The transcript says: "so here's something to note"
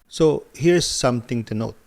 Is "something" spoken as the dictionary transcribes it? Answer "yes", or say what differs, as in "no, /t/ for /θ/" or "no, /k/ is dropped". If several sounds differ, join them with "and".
no, /t/ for /θ/